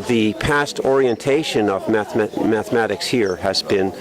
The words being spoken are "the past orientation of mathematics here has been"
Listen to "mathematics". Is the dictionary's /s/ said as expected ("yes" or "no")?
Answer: yes